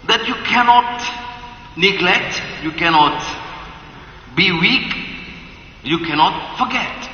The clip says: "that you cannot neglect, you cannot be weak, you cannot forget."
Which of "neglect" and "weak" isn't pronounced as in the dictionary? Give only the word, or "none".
none